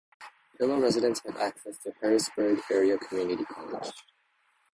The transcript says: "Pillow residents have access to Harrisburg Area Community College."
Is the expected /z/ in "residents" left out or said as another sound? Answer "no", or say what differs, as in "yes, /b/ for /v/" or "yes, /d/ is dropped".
no